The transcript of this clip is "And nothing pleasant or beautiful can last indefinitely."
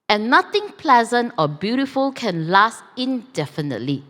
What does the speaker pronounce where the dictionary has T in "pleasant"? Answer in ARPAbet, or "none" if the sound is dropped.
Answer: T